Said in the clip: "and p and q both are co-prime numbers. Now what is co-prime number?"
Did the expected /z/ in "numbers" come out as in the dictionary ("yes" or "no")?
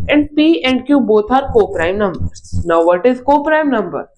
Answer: no